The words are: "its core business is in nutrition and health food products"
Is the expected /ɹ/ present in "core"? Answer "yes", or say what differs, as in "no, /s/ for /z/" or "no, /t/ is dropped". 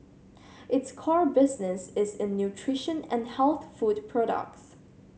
yes